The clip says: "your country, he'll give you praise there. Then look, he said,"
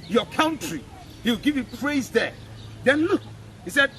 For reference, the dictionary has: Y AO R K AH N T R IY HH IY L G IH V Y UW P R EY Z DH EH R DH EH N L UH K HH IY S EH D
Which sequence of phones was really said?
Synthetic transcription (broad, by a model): Y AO K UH N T R IY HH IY W G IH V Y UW P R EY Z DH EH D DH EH N L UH K HH IY S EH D